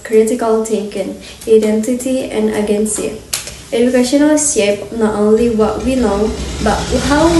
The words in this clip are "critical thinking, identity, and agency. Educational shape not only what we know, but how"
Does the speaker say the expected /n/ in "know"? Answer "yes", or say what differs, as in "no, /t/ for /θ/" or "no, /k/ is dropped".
no, /l/ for /n/